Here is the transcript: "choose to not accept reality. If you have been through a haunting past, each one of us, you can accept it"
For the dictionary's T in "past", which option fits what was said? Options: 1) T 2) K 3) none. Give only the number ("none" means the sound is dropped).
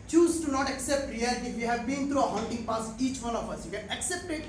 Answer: 3